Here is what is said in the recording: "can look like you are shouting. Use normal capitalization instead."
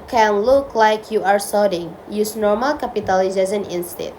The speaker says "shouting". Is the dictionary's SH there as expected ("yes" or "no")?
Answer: no